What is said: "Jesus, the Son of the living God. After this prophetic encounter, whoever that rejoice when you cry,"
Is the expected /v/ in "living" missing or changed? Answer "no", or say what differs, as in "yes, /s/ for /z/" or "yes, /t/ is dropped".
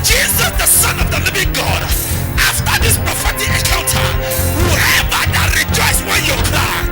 no